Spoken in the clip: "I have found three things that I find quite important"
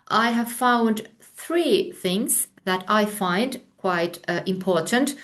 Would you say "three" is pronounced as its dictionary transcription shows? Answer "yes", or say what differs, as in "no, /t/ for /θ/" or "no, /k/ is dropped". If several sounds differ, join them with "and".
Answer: yes